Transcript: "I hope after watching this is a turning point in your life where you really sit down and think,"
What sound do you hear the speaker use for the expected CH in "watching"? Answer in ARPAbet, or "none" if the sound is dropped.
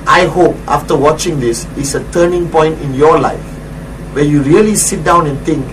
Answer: CH